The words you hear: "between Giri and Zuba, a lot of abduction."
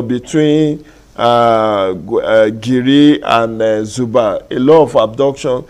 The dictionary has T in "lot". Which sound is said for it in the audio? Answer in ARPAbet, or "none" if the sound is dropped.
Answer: none